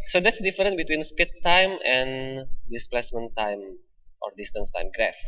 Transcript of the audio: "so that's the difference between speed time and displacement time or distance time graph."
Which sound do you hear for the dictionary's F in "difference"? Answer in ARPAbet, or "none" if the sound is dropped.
none